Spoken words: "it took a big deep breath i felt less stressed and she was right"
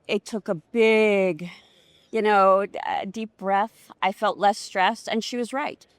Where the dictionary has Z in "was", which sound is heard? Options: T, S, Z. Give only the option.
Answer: Z